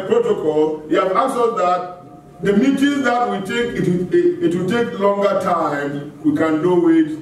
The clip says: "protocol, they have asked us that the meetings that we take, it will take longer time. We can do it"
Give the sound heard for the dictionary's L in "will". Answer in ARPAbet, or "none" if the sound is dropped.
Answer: W